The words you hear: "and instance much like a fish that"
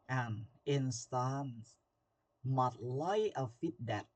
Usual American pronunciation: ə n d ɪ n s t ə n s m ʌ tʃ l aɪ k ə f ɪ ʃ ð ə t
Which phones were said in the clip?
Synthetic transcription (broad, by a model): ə n ɪ n s t ə n s m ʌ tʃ l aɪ ə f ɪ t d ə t